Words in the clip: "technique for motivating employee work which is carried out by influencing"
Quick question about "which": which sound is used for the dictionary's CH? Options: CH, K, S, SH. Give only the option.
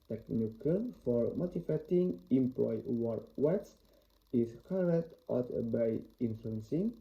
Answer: S